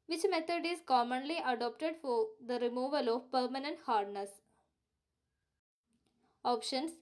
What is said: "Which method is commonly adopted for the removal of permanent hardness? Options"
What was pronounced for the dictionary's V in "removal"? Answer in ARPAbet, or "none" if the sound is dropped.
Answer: V